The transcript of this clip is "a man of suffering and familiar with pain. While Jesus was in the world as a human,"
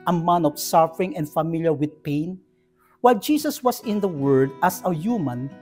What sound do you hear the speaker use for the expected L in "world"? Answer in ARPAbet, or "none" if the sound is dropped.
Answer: none